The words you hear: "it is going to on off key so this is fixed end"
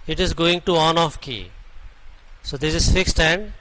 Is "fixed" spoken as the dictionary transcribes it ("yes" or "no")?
yes